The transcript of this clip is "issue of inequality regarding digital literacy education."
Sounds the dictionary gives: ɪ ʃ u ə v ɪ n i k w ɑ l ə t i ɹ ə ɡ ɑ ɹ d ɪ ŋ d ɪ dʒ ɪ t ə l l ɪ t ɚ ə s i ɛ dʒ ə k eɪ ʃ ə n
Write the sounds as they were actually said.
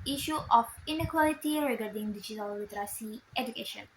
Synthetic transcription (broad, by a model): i ʃ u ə f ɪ n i k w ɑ l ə t i ɹ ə ɡ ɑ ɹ d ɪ ŋ d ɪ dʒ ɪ t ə l w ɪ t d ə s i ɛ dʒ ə k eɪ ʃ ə n